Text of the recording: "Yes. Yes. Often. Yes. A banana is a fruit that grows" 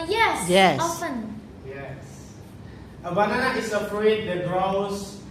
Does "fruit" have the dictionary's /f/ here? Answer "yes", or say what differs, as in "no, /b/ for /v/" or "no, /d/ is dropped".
no, /p/ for /f/